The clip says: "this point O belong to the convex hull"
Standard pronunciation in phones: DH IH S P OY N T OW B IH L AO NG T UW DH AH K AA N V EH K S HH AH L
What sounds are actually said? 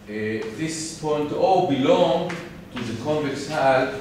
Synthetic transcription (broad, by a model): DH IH S P OY N T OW B IH L AO NG T UW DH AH K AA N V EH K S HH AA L